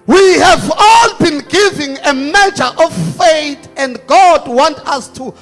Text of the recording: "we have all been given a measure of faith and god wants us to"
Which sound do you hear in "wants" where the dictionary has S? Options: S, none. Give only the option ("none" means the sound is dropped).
none